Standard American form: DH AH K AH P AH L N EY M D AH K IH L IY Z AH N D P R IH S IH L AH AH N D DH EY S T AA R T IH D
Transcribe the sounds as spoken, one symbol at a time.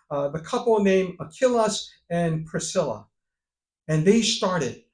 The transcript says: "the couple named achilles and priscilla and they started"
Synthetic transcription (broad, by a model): DH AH K AH P L N EY M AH K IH L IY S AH N P R IH S IH L AH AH N DH EY S T AA R T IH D